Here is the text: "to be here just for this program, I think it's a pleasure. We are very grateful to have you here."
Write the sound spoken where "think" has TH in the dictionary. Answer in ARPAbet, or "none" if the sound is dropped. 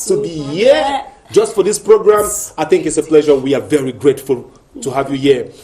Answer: TH